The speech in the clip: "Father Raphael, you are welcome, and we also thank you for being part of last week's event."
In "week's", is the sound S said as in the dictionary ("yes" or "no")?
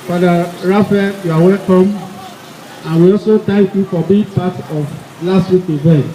no